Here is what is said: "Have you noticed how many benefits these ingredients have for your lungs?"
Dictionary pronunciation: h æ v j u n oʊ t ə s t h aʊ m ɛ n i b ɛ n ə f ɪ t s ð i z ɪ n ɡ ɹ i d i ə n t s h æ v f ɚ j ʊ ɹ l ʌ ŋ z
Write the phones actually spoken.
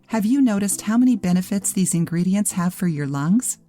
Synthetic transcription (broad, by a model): h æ v j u n oʊ t ə s t h aʊ m ɛ n i b ɛ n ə f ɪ t s ð i z ɪ n ɡ ɹ i d i ə n t s h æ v f ɚ j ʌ ɹ l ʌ ŋ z